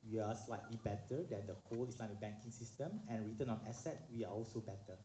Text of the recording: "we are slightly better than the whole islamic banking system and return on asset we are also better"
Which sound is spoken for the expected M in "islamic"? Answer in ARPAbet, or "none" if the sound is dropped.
none